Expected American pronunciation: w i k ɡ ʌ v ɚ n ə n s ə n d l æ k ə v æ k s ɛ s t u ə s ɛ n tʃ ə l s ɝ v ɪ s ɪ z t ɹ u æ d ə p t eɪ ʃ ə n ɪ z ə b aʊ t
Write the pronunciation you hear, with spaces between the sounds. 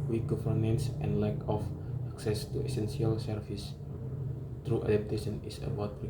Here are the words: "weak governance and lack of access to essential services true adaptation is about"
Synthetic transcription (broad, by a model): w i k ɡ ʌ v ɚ n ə n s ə n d l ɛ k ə f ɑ k s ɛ s t u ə s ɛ n s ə l s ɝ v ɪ s t ɹ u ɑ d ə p t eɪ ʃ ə n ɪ s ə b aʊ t